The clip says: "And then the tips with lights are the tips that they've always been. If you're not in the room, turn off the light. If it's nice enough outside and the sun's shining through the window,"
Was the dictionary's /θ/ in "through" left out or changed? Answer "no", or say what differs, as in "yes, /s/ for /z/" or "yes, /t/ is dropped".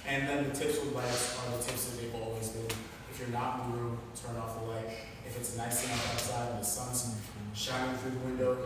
no